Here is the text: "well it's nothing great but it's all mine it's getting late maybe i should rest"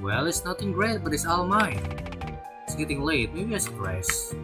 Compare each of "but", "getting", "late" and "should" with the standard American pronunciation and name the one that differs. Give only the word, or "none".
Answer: should